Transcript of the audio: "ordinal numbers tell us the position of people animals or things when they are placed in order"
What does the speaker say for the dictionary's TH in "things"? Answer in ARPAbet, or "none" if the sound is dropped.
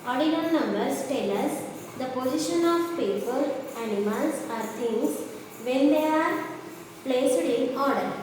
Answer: T